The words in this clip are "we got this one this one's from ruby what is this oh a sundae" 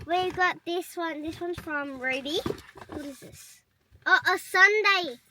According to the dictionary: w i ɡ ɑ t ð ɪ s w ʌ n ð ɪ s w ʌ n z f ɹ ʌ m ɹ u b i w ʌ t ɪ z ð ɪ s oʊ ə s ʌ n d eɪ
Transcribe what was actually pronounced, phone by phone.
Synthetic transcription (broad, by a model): w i ɡ ɑ t ð ɪ s w ʌ n ð ɪ s w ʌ n f ɹ ʌ m ɹ u b i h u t ɪ z ð ɪ s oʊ ə s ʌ n d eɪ